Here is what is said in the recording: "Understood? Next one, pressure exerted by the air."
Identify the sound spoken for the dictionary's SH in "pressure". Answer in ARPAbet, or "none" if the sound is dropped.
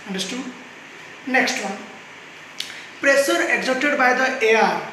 S